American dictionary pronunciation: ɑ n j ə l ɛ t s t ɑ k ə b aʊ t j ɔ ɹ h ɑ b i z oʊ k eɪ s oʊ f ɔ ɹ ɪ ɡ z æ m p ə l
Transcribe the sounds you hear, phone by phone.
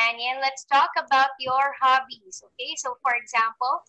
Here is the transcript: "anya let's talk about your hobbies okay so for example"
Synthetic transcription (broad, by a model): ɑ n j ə l ɛ t s t ɑ k ə b aʊ t j ɔ ɹ h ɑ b i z oʊ k eɪ s oʊ f ɔ ɹ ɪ ɡ z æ m p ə l